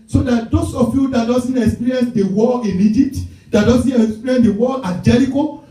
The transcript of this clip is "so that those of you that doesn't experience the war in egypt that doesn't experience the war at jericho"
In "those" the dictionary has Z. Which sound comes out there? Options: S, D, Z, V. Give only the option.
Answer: S